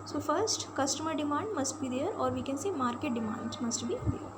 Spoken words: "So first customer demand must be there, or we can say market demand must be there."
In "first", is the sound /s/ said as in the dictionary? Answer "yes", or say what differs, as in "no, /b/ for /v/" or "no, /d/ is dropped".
yes